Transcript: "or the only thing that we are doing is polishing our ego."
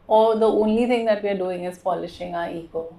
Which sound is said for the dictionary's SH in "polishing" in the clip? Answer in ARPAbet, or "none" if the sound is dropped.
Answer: SH